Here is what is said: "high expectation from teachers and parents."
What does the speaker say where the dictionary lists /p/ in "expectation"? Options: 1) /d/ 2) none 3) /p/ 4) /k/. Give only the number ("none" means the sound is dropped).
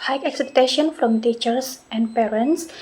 2